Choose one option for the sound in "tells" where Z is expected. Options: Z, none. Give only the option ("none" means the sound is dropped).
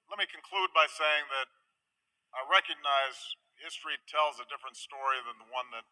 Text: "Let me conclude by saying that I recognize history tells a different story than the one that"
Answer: Z